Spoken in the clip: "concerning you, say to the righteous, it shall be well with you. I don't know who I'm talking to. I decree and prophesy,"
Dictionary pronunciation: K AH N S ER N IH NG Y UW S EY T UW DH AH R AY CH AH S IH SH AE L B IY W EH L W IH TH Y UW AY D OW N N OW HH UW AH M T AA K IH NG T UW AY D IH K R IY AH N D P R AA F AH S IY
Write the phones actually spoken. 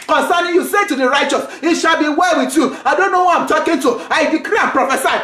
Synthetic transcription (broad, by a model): K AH N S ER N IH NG Y UW S EY T UW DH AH R AY CH AH S IH SH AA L B IY W EH L W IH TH Y UW AY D OW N N OW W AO AH M T AA K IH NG T UW AY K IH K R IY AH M P R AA F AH S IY